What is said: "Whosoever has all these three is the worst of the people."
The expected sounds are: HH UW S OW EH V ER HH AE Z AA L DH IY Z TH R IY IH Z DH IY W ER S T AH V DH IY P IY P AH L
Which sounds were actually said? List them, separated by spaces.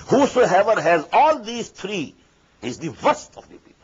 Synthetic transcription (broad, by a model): HH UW S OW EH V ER HH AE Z AA L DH IY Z T R IY IH Z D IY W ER S T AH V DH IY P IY